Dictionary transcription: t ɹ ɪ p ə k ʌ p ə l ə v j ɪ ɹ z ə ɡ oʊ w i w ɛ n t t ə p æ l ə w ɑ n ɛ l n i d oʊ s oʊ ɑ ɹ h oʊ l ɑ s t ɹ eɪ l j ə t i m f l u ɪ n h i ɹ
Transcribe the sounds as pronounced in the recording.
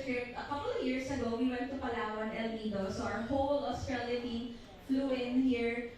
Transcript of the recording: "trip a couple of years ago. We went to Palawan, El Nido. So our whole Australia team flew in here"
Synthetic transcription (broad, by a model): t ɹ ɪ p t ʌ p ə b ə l j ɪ ɹ s ə ɡ oʊ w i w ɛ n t t ə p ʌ l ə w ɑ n ɛ l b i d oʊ s oʊ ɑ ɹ h oʊ l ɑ s t ɹ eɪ l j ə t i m f l u ɪ n h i ɹ